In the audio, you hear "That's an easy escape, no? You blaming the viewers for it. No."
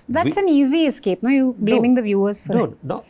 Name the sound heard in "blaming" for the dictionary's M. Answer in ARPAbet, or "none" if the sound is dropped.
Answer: M